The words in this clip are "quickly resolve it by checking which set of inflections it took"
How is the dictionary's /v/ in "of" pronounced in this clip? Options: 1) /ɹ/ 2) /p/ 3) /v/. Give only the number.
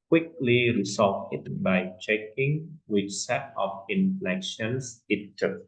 2